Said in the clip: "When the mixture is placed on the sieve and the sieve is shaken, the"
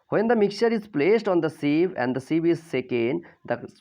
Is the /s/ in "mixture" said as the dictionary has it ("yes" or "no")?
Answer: no